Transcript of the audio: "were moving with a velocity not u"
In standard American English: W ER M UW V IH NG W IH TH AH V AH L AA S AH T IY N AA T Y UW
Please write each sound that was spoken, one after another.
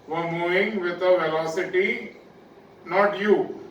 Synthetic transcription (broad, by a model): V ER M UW IH NG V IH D AH V AH L AA S AH T IY N AA T Y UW